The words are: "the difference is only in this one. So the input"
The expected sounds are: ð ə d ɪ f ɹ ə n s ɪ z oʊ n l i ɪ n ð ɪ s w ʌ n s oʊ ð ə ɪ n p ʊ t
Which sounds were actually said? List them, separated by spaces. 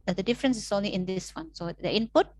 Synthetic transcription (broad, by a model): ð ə d ɪ f ɹ ə n s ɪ s oʊ n l i ɪ n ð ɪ s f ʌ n s oʊ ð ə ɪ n p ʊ t